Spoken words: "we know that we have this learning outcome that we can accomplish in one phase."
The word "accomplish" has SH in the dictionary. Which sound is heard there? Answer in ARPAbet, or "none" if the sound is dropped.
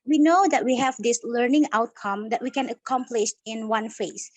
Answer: SH